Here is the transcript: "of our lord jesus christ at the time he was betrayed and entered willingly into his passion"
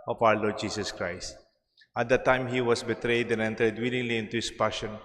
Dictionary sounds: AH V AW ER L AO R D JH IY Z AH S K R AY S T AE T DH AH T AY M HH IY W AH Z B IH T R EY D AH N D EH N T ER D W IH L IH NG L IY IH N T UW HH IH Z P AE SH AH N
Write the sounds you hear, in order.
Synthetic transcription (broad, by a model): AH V AW ER L AO R D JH IY S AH S K R AY S T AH T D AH T AY M HH IY W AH S B IH T R EY D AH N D EH N T ER D W IH L IH NG L IY IH N T UW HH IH S P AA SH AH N